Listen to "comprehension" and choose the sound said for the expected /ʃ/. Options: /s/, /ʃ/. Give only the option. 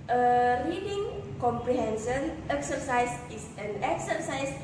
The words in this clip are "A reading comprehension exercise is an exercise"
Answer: /s/